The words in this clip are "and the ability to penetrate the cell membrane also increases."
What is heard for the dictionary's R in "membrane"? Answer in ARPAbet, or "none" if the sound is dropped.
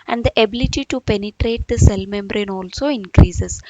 R